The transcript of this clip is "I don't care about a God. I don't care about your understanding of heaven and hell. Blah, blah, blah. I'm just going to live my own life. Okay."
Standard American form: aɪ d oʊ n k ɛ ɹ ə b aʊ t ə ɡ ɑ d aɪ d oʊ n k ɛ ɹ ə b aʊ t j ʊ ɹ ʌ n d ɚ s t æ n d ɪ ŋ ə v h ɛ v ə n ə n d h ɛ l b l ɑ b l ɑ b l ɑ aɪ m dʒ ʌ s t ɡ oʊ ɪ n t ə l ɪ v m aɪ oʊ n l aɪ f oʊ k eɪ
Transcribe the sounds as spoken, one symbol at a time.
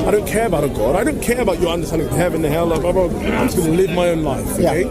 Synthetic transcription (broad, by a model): aɪ d oʊ n k ɛ ɹ ə b aʊ t ə ɡ ɑ d aɪ d oʊ n k ɛ ɹ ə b aʊ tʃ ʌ ɹ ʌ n d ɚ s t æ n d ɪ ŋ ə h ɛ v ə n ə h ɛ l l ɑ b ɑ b ɑ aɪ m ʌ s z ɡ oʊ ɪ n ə l ɪ v m aɪ oʊ n l aɪ f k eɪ